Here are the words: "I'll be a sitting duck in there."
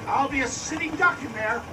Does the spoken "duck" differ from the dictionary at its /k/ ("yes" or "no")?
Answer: no